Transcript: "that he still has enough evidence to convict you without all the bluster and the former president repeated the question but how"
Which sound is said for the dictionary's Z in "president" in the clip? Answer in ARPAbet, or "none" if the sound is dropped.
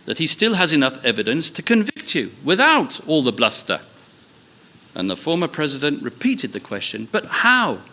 Z